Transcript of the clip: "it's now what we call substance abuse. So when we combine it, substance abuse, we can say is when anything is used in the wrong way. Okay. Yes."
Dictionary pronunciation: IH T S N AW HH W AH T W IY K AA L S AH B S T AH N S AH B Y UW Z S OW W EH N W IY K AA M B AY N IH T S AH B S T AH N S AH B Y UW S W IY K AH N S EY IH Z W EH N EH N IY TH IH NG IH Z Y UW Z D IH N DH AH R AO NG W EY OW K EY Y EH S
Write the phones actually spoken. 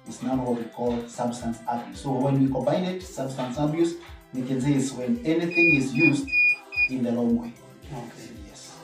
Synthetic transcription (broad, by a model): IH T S N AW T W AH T W IY K AA L S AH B S T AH N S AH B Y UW S OW W EH N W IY K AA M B AY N IH T S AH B S T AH N S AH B Y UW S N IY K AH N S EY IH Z W EH N EH N IY TH IH NG IH Z Y UW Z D IH N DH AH L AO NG W EY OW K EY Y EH S